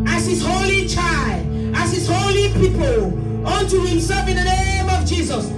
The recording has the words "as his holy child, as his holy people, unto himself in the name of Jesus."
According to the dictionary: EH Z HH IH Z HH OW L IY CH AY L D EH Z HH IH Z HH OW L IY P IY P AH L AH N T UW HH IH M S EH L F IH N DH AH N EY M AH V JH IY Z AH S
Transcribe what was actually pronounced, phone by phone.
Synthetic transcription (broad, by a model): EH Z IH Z HH OW L IY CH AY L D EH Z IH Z HH OW L IY P IY P AH L AH N T UW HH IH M S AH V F IH N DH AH N EY M AH V JH IY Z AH S